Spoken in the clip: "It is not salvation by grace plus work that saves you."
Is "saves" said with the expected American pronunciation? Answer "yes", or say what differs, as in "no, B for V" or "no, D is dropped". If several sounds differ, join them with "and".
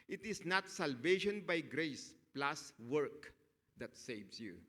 no, S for Z